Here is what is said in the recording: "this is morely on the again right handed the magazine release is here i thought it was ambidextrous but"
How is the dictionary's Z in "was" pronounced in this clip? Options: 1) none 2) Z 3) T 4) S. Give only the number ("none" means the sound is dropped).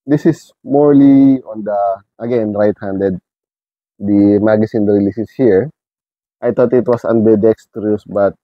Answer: 4